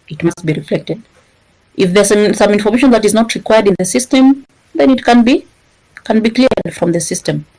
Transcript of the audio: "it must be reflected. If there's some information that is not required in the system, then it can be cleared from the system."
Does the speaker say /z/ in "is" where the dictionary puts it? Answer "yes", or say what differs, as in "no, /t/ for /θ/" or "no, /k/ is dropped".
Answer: yes